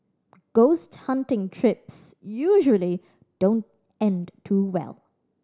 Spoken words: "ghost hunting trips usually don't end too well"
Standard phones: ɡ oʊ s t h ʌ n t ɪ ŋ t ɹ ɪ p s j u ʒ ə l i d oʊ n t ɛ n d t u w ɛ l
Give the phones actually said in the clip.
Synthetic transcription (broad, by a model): ɡ oʊ s t h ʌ n t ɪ ŋ t ɹ ɪ p s j u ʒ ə l i d oʊ n t ɛ n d t u w ɛ l